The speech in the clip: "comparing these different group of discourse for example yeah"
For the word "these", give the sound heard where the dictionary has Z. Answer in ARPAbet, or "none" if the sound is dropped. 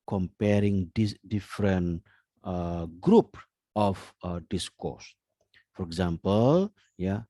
none